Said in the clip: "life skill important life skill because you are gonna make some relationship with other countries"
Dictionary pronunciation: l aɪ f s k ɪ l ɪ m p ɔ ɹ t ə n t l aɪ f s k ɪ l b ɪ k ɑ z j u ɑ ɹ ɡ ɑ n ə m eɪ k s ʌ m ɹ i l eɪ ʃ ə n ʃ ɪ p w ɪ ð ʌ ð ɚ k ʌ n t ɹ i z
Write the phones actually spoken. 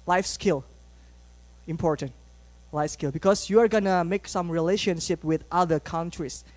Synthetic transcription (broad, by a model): l aɪ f s k ɪ l ɪ m p ɔ ɹ t ə n t l aɪ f s k ɪ l b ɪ k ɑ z j u ɑ ɹ ɡ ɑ n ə m eɪ k s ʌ m ɹ i l eɪ ʃ ə n ʃ ɪ p w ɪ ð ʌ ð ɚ k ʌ n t ɹ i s